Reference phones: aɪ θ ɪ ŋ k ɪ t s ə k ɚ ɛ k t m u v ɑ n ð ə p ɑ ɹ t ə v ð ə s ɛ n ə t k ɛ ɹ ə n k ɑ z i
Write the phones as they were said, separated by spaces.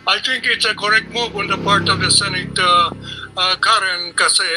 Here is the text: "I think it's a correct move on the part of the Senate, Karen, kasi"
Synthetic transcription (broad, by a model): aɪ t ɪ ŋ k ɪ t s ə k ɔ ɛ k m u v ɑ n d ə p ɑ ɹ t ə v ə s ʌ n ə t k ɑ ɹ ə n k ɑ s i